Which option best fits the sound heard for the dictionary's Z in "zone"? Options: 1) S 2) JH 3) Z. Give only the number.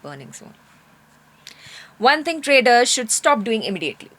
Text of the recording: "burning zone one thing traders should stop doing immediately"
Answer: 1